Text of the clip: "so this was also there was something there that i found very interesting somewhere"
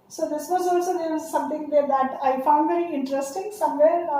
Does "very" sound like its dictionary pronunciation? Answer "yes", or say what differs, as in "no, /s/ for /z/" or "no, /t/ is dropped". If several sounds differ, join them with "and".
yes